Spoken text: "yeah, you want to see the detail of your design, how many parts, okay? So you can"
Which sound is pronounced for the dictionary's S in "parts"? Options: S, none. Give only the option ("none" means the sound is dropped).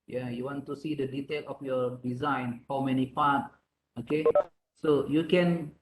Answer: none